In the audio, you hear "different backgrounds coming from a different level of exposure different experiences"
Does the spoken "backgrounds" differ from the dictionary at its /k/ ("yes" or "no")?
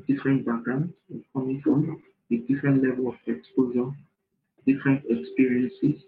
yes